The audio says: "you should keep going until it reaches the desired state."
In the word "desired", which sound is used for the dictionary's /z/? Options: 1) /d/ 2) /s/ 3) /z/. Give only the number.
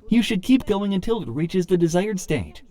3